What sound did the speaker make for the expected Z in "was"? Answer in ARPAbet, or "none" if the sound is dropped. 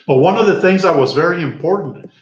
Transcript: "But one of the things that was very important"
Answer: Z